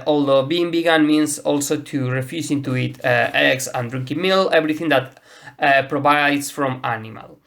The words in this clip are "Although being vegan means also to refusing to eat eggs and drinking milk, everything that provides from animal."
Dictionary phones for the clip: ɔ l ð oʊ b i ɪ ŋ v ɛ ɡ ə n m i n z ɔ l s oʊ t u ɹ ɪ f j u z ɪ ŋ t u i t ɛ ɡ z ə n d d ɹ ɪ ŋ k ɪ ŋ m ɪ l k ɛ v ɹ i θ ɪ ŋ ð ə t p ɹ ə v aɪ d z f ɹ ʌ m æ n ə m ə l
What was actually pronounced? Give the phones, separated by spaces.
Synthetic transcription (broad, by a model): ɔ l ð oʊ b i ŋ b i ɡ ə n m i n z ɔ l s oʊ t u ɹ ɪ f j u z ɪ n t u i t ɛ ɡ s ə n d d ɹ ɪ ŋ k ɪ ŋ m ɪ l ɛ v ɹ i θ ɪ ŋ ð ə t p ɹ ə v aɪ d s f ɹ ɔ m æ n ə m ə l